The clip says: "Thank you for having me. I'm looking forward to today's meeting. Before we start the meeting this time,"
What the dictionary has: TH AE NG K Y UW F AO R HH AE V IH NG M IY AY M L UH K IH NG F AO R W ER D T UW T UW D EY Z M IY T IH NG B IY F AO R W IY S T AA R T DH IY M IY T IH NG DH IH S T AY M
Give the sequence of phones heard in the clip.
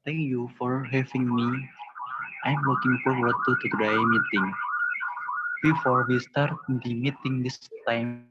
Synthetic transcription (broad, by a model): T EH NG K Y UW F AO R HH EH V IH NG M IY AY M W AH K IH NG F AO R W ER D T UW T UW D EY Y M IY T IH NG B IY F AO R W IY S T AA R T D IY M IY T IH NG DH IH S T AY M